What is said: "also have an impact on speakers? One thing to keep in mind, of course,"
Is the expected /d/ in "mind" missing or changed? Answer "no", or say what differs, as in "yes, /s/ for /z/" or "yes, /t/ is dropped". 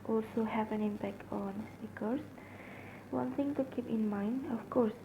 no